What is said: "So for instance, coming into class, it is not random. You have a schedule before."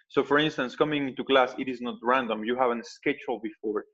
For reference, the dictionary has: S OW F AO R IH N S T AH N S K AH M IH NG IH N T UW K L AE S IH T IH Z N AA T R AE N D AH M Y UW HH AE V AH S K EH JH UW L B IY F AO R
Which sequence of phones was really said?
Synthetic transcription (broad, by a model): S OW F AO R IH N S T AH N S K AH M IH NG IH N T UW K L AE S IH T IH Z N AA T R AE N D AH M Y UW HH AE V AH S K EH CH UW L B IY F AO R